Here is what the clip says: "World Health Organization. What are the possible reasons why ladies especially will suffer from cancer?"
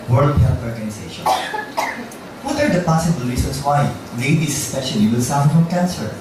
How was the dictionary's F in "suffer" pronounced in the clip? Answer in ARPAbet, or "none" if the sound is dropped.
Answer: none